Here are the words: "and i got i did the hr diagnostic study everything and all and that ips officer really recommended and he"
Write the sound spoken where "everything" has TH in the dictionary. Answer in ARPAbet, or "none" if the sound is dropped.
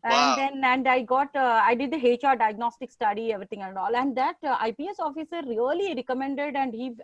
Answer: T